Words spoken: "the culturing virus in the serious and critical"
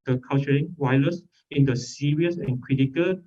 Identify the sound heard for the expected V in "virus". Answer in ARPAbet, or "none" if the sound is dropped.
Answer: W